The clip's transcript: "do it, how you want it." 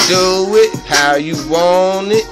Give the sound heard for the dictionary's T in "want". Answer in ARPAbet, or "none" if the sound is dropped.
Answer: none